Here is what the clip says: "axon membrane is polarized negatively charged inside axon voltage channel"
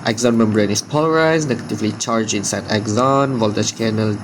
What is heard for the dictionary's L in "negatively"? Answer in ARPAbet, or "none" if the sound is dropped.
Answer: L